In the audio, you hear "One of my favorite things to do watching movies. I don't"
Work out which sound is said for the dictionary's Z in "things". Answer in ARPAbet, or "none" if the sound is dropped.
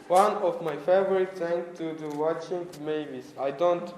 none